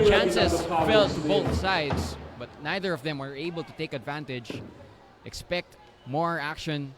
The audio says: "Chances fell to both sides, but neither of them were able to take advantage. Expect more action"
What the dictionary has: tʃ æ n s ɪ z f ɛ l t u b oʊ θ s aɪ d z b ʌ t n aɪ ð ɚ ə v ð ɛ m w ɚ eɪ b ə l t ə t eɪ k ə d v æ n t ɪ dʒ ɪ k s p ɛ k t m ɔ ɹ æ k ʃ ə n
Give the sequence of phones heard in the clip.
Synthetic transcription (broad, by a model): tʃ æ n s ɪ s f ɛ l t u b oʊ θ s aɪ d s b ʌ t n aɪ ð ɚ ə v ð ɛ m w ɚ eɪ b ə l t ə t eɪ k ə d v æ n t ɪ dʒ ɪ k s p ɛ k t m ɔ ɹ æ k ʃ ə n